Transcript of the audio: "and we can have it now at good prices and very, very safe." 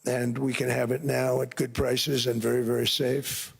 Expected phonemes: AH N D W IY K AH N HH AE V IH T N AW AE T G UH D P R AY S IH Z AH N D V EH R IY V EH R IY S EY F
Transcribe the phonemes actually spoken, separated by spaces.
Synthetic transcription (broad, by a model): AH N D W IY K AH N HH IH V IH T N AW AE T G UH D P R AY S IH Z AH N V EH R IY V EH R IY S EY F